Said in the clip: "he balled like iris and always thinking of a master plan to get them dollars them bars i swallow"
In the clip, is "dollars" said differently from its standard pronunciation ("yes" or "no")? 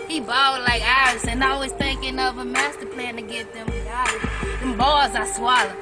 yes